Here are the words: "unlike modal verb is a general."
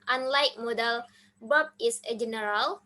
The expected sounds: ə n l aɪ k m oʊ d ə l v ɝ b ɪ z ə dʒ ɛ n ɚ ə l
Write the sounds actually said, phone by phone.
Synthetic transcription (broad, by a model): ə n l aɪ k m oʊ d ə l b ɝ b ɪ s ə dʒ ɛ n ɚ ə l